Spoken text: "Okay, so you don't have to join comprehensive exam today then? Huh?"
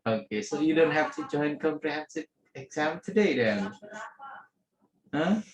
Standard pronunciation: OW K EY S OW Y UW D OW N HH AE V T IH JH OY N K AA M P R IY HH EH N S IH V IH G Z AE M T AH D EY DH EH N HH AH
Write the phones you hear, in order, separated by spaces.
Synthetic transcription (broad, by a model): OW K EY S OW Y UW D OW N HH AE F T IH JH OY N K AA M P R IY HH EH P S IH IH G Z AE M T AH D EY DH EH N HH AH